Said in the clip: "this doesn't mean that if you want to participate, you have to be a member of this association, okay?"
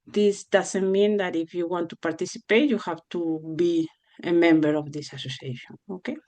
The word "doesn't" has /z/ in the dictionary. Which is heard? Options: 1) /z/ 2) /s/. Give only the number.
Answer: 2